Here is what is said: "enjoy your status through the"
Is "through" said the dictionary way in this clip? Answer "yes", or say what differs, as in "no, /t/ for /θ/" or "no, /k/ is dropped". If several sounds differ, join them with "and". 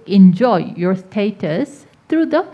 no, /t/ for /θ/